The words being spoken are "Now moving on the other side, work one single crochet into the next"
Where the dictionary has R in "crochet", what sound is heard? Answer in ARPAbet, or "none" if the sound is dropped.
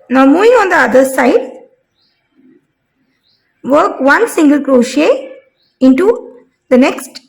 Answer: R